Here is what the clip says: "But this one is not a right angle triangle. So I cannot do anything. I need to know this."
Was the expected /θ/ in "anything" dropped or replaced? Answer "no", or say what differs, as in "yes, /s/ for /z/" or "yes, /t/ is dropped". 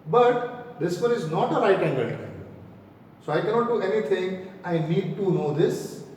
yes, /t/ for /θ/